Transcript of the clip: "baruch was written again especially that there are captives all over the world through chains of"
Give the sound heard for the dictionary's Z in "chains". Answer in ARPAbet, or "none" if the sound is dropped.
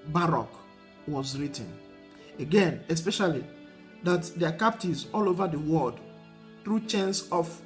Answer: S